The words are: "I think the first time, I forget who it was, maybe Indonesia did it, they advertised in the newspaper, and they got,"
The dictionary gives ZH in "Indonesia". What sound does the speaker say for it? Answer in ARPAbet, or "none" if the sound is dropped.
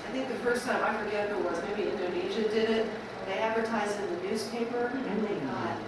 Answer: ZH